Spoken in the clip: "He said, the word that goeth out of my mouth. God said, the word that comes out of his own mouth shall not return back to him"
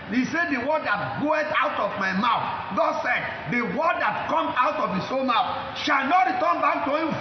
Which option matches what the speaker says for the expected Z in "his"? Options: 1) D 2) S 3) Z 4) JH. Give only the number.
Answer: 2